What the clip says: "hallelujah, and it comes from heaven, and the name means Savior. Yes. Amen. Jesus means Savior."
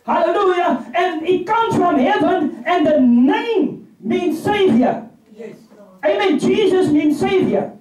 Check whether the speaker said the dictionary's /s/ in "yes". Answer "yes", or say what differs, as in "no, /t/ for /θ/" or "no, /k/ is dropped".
no, /s/ is dropped